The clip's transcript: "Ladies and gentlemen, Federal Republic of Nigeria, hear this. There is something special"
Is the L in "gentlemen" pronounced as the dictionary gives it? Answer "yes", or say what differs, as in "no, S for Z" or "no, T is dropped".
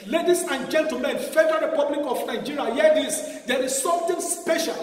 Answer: no, L is dropped